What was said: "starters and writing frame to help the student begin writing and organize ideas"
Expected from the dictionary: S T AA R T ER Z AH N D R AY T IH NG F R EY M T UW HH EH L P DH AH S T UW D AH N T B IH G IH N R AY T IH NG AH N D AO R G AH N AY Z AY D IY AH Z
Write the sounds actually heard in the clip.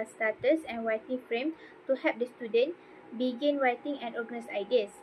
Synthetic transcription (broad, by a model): S T AA T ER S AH N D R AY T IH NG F R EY M T UW HH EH P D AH S T UW D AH N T B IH G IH N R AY T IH NG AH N AO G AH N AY S AY D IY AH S